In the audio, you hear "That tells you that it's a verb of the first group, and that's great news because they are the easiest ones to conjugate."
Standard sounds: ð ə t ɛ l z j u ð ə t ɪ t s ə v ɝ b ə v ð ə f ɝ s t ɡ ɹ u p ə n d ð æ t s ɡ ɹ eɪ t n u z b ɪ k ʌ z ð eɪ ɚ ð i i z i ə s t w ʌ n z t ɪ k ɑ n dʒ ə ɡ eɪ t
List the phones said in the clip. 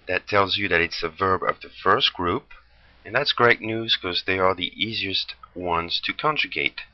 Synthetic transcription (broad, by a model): ð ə t ɛ l z j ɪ ð ə t ɪ t s ə v ɝ b ə v ð ə f ɝ s t ɡ ɹ u p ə n ð æ t s ɡ ɹ eɪ t n u z k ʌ z ð eɪ ɚ ð i i z i ə s t w ʌ n z t ɪ k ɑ n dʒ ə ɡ eɪ t